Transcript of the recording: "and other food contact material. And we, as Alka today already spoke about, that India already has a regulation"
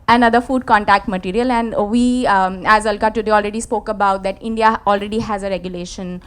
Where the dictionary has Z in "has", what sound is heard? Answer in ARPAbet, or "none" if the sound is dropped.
Z